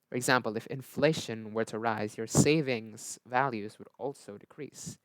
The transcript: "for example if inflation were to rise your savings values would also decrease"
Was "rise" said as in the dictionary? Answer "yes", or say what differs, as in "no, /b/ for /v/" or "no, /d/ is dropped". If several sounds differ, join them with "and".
yes